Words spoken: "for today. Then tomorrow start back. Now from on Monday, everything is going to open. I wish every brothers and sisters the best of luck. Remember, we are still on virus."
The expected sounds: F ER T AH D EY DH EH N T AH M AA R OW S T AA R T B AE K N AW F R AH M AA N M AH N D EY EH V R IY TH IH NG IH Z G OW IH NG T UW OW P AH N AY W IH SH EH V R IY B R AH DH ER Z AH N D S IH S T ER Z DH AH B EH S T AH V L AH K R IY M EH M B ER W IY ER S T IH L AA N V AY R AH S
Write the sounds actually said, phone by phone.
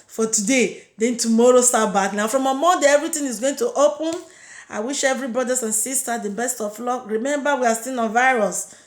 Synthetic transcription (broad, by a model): F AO T AH D EY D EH N T AH M AA R OW S T AA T B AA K N AW F R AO M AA M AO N D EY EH V R IY T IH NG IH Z G OW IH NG T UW OW P AH N AY W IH SH EH V R IY B R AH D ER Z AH N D S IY S T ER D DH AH B EH S T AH F L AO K R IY M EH M B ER W IY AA S T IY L AA N V AY R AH S